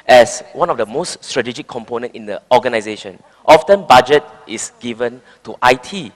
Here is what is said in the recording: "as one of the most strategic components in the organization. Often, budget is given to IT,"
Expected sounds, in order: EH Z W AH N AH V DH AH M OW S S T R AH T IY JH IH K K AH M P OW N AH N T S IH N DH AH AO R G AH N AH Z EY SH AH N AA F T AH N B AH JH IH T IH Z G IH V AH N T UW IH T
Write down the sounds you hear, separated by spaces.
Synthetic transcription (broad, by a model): EH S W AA N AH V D AH M OW S S T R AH T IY JH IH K K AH M P OW N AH N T IH N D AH AO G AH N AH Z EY SH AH N AA F T AH N B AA JH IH T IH S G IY V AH N T UW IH T